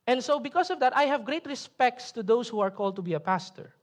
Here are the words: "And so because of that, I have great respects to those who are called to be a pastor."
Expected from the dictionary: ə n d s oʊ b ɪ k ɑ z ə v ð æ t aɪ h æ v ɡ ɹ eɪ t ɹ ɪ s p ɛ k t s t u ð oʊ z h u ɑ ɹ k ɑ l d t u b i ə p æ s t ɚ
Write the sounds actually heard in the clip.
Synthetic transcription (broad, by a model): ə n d s oʊ b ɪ k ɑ s ə v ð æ t aɪ h æ v ɡ ɹ eɪ t ɹ ɪ s p ɛ k t s t u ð oʊ s h u ɑ ɹ k ɑ l d t u b i ə p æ s t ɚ